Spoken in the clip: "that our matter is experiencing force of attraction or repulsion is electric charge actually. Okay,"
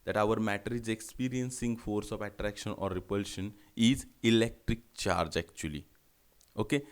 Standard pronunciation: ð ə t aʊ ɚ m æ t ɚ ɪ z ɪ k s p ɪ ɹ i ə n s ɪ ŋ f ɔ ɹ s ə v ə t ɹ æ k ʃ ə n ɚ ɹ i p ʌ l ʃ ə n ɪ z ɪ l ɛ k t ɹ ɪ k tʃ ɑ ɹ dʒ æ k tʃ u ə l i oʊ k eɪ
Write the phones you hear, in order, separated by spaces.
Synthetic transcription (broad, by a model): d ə t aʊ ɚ m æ t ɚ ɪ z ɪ k s p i ɹ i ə n s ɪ ŋ f ɔ ɹ s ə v ə t ɹ æ k ʃ ə n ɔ ɹ i p ʌ l ʃ ə n ɪ z ɪ l ɛ k t ɹ ɪ k tʃ ɑ ɹ dʒ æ k tʃ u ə l i oʊ k eɪ